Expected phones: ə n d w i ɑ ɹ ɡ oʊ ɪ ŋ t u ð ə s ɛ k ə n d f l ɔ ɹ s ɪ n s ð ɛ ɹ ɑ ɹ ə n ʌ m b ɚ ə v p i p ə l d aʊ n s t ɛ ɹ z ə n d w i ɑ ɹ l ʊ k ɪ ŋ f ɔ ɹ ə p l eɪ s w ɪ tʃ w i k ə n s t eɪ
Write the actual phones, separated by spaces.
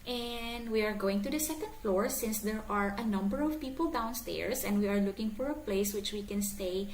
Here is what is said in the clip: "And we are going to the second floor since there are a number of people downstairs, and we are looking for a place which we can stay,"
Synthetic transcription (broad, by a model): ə n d w i ɑ ɹ ɡ oʊ ɪ ŋ t u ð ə s ɛ k ə n d f l ɔ ɹ s ɪ n s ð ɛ ɹ ɑ ɹ ə n ʌ m b ɚ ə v p i p ə l d aʊ n s t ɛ ɹ s ə n d w i ɑ ɹ l ʊ k ɪ ŋ f ɔ ɹ ə p l eɪ s w ɪ tʃ w i k ə n s t eɪ